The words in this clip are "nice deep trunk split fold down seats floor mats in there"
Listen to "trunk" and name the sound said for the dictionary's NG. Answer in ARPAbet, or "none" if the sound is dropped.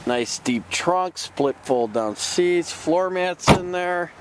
NG